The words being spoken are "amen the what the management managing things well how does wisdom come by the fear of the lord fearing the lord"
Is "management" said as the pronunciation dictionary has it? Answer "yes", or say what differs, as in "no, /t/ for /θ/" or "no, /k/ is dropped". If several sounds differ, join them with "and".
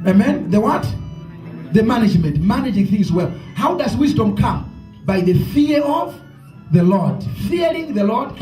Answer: yes